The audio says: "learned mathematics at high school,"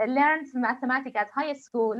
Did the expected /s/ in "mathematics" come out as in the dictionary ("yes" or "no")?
no